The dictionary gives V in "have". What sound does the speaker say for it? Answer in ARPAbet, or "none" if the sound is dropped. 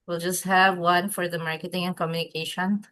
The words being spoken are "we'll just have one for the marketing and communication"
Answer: V